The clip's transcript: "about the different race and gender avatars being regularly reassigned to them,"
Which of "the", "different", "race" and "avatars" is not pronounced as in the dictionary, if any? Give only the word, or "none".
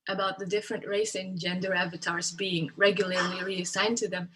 none